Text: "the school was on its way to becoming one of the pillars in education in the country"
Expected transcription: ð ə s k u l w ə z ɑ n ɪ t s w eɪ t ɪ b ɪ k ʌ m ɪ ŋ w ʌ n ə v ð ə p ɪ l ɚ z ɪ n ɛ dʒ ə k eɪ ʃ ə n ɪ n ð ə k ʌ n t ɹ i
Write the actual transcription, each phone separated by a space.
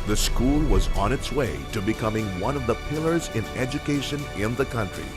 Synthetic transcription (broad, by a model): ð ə s k u l w ə z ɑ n ɪ t s w eɪ t ɪ b ɪ k ʌ m ɪ ŋ w ʌ n ə v ð ə p ɪ l ɚ z ɪ n ɛ dʒ ə k eɪ ʃ ə n ɪ n ð ə k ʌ n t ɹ i